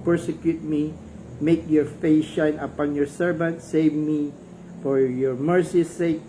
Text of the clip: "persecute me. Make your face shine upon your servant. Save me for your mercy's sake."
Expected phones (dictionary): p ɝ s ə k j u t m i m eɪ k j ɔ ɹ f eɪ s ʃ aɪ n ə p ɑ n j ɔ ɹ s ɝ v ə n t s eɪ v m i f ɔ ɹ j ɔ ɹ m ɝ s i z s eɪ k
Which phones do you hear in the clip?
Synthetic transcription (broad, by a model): p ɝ s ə k j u t m i m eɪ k j ɔ ɹ f eɪ s ʃ aɪ n ə p ɑ n j ɔ ɹ s ɝ v ə n t s eɪ v m i f ɔ ɹ j ɔ ɹ m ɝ s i s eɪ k